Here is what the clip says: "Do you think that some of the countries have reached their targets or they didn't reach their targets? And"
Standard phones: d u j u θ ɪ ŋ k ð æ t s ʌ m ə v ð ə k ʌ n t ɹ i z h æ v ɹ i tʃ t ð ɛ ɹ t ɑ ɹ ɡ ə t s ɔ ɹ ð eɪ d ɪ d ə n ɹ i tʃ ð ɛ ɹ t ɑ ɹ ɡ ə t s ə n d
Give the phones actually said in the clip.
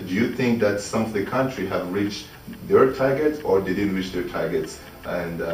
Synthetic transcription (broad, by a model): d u j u θ ɪ ŋ k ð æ t s ʌ m ə v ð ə k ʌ n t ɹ i h æ v ɹ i tʃ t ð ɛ ɹ t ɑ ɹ ɡ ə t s ɔ ɹ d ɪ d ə ɹ i tʃ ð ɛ ɹ t ɑ ɹ ɡ ə t s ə n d